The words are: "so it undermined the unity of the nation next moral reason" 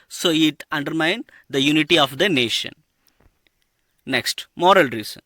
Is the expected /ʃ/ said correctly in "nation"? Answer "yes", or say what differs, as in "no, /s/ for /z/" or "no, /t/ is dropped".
yes